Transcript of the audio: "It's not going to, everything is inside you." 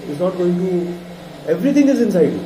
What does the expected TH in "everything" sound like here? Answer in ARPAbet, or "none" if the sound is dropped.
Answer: T